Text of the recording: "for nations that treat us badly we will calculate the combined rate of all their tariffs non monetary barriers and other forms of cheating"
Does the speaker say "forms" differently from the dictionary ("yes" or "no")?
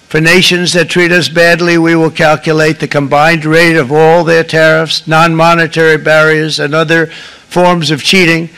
no